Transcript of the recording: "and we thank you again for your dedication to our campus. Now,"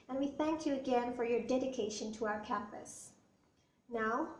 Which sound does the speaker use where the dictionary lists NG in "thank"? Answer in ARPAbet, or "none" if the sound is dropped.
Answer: NG